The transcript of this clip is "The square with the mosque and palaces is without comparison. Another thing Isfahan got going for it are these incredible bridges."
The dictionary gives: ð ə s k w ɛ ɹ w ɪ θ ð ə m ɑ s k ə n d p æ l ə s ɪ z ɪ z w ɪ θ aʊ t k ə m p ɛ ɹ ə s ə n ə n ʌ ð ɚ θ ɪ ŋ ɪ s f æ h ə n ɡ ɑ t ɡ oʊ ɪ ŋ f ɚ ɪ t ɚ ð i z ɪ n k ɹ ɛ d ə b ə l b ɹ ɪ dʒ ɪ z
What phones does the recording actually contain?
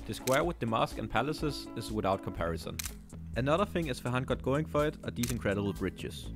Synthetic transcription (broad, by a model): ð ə s k w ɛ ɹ w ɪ ð ə m ɑ s k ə n p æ l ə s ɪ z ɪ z w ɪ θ aʊ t k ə m p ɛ ɹ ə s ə n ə n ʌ ð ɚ θ ɪ ŋ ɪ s f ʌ h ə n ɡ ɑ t ɡ oʊ ɪ ŋ f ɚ ɪ t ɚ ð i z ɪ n k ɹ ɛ d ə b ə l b ɹ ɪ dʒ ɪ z